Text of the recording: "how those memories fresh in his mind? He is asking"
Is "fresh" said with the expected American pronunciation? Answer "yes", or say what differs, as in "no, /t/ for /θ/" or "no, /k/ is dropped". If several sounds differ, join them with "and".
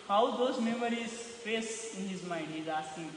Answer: no, /s/ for /ʃ/